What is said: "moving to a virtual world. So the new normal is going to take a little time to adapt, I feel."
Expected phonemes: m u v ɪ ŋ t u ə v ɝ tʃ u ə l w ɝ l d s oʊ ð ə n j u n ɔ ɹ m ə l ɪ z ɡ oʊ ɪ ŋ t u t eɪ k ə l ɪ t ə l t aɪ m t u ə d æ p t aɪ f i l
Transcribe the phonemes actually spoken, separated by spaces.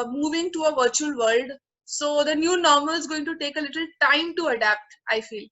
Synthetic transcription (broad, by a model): m u v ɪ ŋ t u ə v ɝ tʃ u ə l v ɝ l d s oʊ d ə n j u n ɔ ɹ m ə l ɪ z ɡ oʊ ɪ ŋ t u t eɪ k ə l ɪ t ə l t aɪ m t u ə d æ p t aɪ f i l